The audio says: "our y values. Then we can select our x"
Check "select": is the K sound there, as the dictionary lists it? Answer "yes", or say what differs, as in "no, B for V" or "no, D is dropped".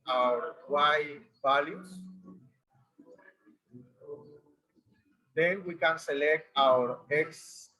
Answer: yes